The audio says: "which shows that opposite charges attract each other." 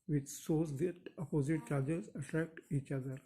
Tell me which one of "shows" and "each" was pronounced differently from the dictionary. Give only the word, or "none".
shows